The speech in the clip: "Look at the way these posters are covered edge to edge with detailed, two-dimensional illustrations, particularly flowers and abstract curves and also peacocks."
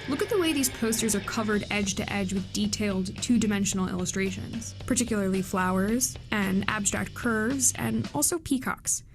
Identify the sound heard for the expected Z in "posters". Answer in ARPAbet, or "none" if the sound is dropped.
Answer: Z